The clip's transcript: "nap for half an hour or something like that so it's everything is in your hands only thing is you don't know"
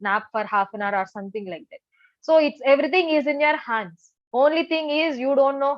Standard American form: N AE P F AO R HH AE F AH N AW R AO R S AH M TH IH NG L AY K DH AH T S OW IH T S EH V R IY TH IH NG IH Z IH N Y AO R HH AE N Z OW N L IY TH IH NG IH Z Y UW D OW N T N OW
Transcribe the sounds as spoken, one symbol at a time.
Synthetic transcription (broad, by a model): N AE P F AO R HH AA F AH N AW R AO R S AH M T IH NG L AY K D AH T S OW IH T S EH V R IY T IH NG IH Z IH N Y AO R HH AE N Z OW N L IY T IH NG IH Z Y UW D OW N T N OW